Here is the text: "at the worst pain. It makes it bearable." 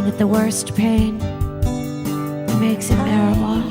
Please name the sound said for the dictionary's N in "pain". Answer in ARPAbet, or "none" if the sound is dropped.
N